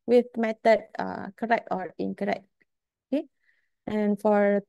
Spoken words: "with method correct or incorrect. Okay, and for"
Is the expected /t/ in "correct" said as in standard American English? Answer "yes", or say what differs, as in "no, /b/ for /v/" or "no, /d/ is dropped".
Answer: yes